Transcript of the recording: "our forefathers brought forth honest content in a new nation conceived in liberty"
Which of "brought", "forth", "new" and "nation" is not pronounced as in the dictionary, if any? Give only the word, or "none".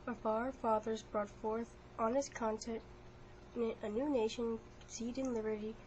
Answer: nation